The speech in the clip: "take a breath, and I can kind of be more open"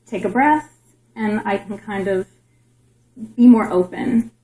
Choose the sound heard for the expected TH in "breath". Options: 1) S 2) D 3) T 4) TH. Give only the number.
3